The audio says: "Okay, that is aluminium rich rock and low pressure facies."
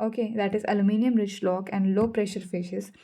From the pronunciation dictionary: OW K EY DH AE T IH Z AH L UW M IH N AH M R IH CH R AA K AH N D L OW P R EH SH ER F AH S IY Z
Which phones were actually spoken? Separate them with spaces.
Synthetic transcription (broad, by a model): OW K EY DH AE T IH Z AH L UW M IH N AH M R IH CH L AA K AH N D L OW P R EH SH ER F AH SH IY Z